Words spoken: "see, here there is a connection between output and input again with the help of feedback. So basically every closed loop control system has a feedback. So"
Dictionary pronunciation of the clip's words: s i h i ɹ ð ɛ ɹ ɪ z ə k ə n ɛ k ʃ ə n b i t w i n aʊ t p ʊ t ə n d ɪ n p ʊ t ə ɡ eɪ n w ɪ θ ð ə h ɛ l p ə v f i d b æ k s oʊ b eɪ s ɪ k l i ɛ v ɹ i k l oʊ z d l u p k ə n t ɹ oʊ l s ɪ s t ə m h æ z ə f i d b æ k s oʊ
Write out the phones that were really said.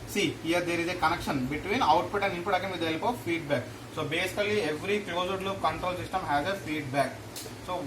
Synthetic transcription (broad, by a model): s i h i ɹ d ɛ ɹ ɪ z ə k ə n ɛ k ʃ ə n b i t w i n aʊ t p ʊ t ə n d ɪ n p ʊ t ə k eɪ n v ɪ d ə h ɛ l p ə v f i d b æ k s oʊ b eɪ s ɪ k l i ɛ v ɹ i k l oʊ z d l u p k ə n t ɹ oʊ l s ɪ s t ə m h æ z ə f i d b æ k s oʊ